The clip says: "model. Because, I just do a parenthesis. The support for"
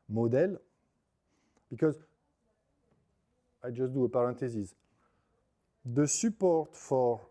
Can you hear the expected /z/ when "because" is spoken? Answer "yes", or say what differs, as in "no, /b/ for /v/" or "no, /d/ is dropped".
yes